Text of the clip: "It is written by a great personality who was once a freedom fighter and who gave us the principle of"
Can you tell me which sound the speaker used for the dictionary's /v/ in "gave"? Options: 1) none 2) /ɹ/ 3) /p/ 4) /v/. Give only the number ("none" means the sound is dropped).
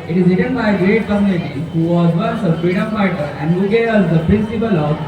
1